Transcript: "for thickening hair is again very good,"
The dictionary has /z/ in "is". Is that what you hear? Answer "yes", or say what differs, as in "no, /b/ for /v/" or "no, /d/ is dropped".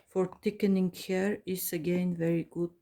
no, /s/ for /z/